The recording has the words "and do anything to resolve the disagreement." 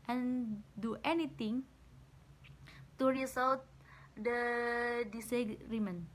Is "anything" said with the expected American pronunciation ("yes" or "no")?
no